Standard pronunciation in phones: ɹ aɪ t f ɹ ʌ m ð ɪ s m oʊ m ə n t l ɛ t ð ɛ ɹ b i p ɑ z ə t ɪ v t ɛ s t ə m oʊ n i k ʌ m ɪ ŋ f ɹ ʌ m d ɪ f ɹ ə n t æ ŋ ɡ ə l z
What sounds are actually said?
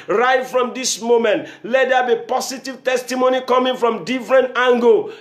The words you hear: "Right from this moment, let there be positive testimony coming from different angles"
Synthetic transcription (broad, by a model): ɹ aɪ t f ɹ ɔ m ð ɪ s m oʊ m ə n t l ɛ t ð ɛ b i p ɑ s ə t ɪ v t ɛ s t ə m oʊ n i k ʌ m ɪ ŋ f ɹ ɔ m d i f ɹ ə n t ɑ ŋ ɡ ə